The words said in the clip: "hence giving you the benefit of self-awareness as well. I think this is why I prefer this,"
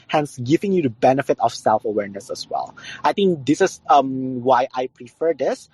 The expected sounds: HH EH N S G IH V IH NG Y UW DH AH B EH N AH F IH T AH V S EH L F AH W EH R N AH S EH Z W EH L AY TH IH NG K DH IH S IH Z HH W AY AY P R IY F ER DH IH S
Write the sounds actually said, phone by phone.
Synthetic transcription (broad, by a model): HH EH N S G IH V IH NG Y UW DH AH B EH N AH F IH T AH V S EH L F AH W EH R N AH S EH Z W EH L AY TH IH NG K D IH S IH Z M W AY AY P R IY F ER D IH S